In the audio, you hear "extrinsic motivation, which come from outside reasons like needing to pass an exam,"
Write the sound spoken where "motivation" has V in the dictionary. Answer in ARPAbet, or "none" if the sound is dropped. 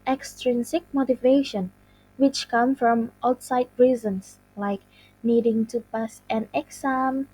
V